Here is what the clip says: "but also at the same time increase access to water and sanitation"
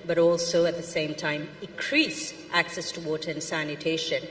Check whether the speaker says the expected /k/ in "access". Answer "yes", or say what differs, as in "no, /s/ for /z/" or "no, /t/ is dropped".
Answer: yes